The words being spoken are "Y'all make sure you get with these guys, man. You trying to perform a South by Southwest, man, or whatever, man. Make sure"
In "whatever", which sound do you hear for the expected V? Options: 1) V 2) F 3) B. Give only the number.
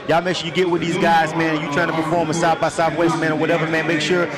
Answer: 1